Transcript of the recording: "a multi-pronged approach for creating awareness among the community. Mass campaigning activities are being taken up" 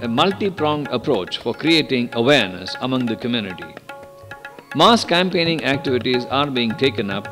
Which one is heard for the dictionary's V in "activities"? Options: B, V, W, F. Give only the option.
V